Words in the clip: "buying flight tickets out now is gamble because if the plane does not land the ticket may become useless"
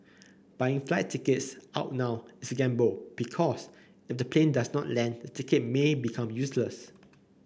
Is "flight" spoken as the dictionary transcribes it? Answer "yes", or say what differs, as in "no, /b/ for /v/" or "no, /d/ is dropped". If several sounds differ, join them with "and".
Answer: yes